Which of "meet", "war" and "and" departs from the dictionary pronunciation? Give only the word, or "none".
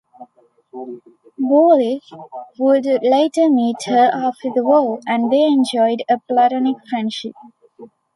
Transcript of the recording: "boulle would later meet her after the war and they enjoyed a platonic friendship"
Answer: war